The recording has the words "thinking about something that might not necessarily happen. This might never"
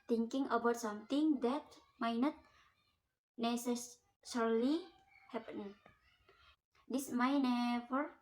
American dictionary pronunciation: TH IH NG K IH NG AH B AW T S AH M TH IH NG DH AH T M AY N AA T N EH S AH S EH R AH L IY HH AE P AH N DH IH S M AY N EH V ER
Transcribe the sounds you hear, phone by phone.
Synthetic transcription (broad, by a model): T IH NG K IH NG AH B AW T S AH M T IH NG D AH T M AY N AA T N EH S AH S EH R L IY HH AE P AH N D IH S M AY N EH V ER